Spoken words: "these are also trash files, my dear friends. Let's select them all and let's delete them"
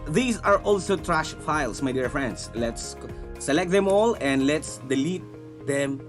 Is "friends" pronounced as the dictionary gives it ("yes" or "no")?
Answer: no